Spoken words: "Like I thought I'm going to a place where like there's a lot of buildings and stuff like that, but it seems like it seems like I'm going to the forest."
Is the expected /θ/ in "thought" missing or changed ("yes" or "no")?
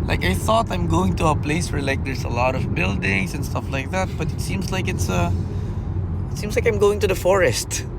no